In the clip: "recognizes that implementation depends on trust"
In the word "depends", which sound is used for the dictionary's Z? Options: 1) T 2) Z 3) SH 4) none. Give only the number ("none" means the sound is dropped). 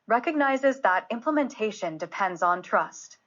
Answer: 2